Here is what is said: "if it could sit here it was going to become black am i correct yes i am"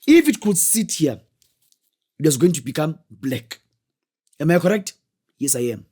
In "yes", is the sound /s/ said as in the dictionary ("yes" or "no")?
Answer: yes